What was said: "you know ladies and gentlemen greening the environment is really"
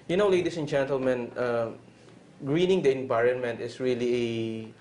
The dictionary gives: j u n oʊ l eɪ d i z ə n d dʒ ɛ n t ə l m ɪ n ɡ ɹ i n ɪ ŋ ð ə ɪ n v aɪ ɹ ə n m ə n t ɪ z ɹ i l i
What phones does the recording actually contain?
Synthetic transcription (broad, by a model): j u n oʊ l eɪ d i s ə n dʒ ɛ n t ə l m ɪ n ɡ ɹ i n ɪ ŋ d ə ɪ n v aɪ ɹ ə n m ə n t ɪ s ɹ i l i